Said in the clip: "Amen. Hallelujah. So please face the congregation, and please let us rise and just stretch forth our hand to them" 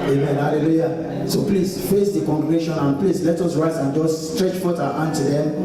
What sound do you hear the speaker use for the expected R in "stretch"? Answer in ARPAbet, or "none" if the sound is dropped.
R